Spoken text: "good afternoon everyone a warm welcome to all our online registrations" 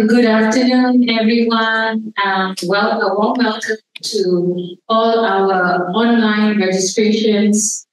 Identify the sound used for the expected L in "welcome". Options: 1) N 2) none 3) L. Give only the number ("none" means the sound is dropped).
3